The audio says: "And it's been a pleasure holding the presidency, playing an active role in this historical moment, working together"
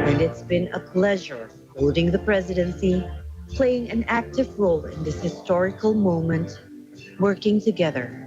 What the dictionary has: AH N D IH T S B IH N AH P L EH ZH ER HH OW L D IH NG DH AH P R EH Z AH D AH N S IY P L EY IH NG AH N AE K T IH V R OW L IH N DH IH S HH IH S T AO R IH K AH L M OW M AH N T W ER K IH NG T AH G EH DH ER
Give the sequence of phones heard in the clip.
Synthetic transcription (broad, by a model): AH N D IH T S B IH N AH P L EH ZH ER HH OW L D IH NG DH AH P R EH Z AH D AH N S IY P L EY IH NG AH N AE K T IH V R OW L IH N DH IH S HH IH S T AO R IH K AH L M OW M AH N T W ER K IH NG T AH G EH DH ER